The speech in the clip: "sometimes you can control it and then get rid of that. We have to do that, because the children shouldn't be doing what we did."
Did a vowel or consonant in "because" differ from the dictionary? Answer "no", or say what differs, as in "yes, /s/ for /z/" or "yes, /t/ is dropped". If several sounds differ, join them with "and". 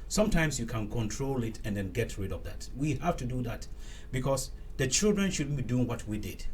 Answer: yes, /s/ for /z/